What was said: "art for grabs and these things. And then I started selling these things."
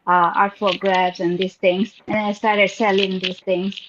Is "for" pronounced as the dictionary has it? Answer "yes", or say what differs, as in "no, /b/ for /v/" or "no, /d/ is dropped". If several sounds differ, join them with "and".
no, /l/ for /ɹ/